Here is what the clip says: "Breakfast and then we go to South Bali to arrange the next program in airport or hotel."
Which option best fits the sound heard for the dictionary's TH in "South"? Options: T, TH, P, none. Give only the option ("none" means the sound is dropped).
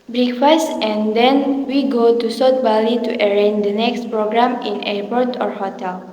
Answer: T